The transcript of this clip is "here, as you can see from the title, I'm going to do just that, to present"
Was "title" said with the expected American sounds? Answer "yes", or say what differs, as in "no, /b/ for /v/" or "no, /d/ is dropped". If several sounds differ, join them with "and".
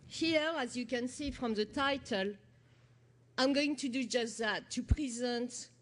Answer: yes